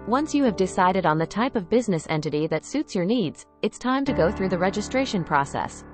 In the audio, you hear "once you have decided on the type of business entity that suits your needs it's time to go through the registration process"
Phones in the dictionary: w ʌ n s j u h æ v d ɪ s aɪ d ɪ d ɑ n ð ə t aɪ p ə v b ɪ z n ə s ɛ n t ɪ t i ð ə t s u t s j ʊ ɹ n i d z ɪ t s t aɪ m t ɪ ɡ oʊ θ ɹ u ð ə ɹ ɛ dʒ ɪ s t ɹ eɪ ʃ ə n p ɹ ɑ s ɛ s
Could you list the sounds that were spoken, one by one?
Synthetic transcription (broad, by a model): w ʌ n s j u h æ v d ɪ s aɪ d ɪ d n ð ə t aɪ p ə v b ɪ z n ə s ɛ n t ɪ t i ð ə t s u t s j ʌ ɹ n i d z ɪ t s t aɪ m t ɪ ɡ oʊ θ ɹ u ð ə ɹ ɛ dʒ ɪ s t ɹ eɪ ʃ ə n p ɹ ɑ s ɛ s